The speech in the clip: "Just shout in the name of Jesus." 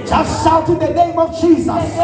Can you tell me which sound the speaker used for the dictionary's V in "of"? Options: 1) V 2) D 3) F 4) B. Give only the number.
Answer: 1